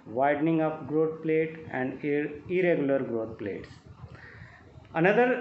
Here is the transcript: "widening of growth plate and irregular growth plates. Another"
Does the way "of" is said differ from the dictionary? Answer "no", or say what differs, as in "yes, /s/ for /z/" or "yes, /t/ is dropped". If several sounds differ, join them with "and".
yes, /p/ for /v/